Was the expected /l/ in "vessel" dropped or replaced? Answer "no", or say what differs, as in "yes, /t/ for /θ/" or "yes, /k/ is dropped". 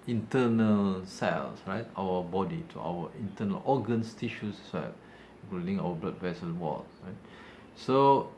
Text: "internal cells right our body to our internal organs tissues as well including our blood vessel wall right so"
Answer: yes, /n/ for /l/